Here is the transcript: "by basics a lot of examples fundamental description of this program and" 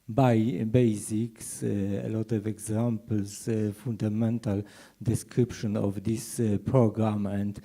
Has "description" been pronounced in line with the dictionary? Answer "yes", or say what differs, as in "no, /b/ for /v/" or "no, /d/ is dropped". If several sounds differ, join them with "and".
yes